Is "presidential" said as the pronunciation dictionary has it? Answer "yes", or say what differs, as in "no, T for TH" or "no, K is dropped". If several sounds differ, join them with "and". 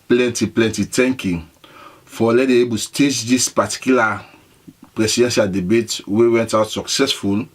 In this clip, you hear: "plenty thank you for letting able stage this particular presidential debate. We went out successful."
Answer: no, S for Z